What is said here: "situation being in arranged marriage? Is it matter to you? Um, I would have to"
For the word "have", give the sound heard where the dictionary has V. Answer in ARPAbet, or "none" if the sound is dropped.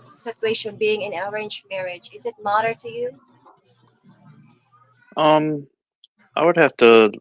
F